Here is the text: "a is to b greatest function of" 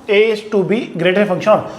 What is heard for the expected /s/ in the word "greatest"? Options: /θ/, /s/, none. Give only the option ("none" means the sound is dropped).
none